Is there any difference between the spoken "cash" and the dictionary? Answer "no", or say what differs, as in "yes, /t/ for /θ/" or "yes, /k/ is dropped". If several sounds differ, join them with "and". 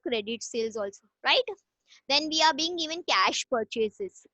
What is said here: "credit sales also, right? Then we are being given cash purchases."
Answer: no